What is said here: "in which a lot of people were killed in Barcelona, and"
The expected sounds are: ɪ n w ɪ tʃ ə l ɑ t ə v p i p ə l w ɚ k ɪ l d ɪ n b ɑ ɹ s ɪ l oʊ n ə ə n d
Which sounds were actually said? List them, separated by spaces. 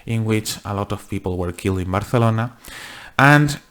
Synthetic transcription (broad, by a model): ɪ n w ɪ tʃ ə l ɑ t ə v p i p ə l w ɚ k ɪ l d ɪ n b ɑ ɹ θ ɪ l oʊ n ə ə n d